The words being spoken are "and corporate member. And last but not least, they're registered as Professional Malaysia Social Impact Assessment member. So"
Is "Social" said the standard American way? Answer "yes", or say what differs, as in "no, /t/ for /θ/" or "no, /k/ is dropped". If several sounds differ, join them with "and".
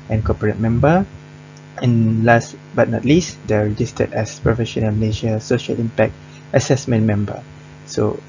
yes